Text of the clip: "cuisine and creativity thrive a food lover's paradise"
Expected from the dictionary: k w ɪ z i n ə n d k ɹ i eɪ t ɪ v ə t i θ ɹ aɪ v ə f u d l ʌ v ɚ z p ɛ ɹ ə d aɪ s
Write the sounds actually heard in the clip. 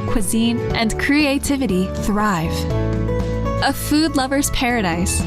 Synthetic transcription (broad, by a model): k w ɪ z i n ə n k ɹ i eɪ t ɪ v ə t i θ ɹ aɪ v ə f u d l ʌ v ɚ z p ɛ ɹ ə d aɪ s